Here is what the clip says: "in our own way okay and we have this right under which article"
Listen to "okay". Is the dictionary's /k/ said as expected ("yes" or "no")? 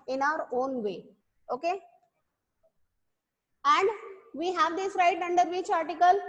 yes